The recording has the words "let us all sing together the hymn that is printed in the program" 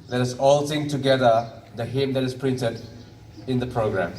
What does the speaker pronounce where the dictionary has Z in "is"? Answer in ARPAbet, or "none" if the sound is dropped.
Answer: S